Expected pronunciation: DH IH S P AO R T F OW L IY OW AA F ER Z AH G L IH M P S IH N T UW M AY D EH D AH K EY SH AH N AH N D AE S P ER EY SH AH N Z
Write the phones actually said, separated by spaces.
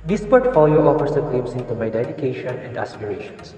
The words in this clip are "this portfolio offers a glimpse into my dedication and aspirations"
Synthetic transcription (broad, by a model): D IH S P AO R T F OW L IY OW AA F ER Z AH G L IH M S IH N T UW M AY D EH D AH K EY SH AH N AH N D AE S P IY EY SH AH N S